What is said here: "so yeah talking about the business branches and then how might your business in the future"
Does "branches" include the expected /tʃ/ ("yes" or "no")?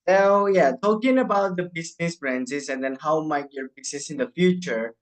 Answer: no